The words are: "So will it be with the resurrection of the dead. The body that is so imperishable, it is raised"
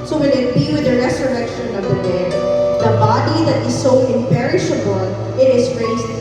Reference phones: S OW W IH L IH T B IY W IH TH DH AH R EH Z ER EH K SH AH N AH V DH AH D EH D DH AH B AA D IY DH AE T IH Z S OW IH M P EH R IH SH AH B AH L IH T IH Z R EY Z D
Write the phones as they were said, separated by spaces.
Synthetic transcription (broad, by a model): S OW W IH N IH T B IY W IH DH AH R EH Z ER EH K SH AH N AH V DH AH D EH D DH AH B AA D IY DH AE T IH Z S OW IH M P EH R IH SH AH B AH L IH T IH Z R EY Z